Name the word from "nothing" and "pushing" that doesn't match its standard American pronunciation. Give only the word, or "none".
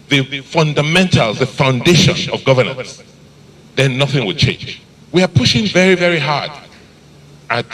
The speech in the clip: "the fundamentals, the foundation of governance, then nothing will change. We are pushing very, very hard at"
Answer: none